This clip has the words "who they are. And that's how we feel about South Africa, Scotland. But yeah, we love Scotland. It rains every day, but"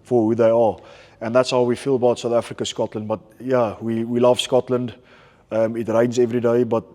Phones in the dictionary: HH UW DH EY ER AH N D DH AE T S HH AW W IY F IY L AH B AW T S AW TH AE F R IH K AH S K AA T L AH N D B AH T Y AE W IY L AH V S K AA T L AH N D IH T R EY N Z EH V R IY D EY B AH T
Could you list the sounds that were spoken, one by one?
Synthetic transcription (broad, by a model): HH UW DH EY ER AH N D DH AE T S HH AW W IY F IY L AH B AW T S AW TH AE F R IH K AH S K AA T L AH N D B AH T Y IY W IY L AH V S K AA T L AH N D IH T R EY N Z EH V R IY D EY B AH T